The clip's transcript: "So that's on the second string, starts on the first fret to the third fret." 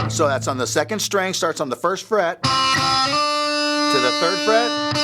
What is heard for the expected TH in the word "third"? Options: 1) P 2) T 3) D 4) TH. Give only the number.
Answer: 4